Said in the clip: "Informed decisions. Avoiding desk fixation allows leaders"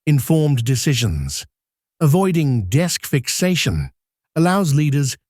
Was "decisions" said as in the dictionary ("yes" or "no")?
yes